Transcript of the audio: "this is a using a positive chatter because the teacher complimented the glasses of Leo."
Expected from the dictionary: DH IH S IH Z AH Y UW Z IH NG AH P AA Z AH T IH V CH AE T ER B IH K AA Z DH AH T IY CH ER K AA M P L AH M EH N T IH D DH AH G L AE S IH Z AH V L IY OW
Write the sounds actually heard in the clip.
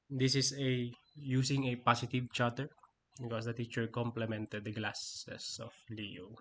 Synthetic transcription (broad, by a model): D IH S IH S AH Y UW S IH NG AH P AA S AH T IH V CH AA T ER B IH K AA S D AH T IY CH ER K AA M P L AH M EH N T IH D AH G L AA S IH S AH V L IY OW